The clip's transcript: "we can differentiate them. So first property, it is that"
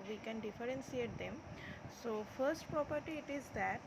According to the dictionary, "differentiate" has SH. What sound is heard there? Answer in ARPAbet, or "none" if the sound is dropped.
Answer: S